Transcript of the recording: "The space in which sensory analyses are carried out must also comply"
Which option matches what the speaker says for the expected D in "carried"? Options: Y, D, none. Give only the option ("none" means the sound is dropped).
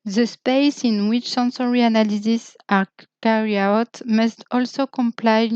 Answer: none